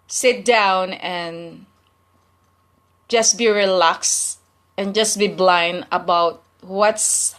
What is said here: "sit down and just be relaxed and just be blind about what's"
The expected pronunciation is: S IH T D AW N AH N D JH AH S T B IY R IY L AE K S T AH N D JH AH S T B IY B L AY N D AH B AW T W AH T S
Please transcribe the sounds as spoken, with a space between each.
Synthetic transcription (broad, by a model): S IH T D AW N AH N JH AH S B IY R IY L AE K S AH N JH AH S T B IY B L AY N D AH B AW T W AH T S